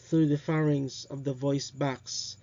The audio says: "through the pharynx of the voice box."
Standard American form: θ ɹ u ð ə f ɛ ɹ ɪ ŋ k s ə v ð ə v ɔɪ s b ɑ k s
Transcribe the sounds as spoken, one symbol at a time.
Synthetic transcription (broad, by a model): θ ɹ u ð ə f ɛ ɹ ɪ ŋ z ə v ð ə v ɔɪ s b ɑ k s